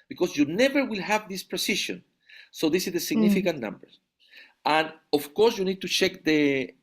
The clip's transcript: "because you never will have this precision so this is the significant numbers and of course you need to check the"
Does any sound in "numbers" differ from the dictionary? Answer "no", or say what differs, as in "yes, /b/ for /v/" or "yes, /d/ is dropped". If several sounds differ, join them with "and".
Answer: yes, /z/ is dropped